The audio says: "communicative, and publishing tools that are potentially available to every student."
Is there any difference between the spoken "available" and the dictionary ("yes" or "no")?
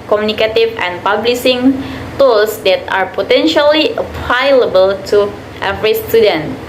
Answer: yes